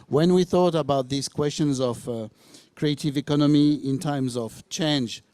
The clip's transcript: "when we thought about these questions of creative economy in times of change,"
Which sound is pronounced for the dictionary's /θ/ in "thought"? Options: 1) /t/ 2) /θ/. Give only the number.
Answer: 2